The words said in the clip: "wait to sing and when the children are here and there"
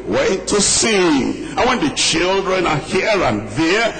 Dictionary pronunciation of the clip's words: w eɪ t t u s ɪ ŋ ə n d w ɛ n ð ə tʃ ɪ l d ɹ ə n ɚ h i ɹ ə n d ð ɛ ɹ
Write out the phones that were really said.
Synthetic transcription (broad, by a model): w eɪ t t u s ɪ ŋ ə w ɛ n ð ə tʃ ɪ l d ɹ ə n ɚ h i ɹ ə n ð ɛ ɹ